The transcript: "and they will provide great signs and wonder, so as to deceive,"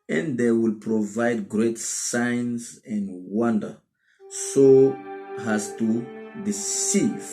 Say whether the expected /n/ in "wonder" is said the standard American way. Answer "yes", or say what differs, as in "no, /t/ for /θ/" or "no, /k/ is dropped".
yes